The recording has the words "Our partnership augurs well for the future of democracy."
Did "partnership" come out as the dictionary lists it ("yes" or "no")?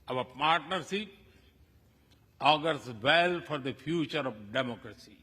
no